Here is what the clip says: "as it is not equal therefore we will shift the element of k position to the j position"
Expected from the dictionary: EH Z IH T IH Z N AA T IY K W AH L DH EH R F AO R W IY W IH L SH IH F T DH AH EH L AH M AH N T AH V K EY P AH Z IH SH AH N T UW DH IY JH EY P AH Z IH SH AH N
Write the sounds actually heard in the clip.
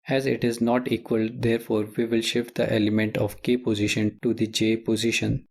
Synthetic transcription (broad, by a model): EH Z IH T IH Z N AA T IY K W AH L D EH R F AO R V IY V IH L SH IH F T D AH EH L AH M AH N T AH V K EY P AH Z IH SH AH N T UW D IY JH EY P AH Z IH SH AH N